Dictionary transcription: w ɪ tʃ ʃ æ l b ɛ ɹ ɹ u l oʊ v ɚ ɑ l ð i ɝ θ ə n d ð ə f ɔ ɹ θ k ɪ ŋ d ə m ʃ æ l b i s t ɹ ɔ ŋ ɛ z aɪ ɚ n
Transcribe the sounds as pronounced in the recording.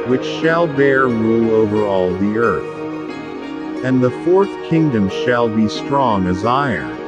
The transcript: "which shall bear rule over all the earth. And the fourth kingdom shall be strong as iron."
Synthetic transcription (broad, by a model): w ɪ tʃ ʃ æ l b ɛ ɹ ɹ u oʊ v ɚ ɑ l ð i ɝ θ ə n ð ə f ɔ ɹ θ k ɪ ŋ d ə m ʃ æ l b i s t ɹ ɔ ŋ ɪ z aɪ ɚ n